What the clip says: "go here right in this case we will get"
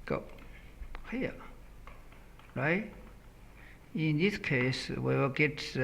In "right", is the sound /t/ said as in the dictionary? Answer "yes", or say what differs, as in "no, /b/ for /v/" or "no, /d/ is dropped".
no, /t/ is dropped